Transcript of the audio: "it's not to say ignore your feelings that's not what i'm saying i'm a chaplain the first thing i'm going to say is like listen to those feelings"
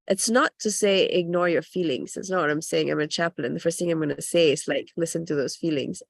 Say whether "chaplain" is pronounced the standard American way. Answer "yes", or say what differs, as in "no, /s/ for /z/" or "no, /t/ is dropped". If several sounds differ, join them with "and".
yes